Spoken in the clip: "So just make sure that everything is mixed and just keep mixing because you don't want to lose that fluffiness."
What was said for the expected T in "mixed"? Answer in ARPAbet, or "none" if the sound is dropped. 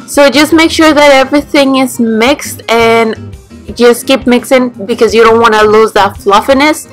T